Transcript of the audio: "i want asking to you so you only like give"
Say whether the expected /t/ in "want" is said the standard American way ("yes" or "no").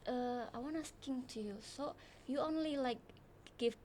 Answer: no